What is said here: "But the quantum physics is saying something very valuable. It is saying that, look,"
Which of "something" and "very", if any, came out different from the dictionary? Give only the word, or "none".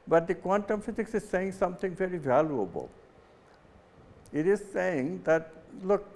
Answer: something